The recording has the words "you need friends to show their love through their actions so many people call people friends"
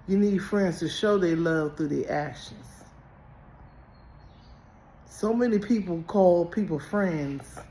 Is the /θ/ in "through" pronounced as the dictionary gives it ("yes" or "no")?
yes